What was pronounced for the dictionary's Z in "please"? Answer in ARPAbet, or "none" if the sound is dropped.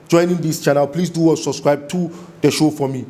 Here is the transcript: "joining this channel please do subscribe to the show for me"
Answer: S